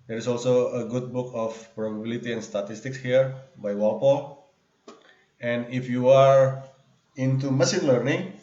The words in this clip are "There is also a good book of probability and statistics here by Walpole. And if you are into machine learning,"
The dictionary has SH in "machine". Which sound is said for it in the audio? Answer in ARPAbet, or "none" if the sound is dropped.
S